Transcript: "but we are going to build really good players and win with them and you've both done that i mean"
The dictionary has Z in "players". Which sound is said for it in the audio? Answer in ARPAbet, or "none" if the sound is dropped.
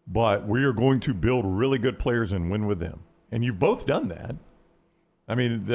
Z